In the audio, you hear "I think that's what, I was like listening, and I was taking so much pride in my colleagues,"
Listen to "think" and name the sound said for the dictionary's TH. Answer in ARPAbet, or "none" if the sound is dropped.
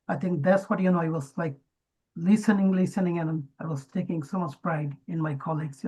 T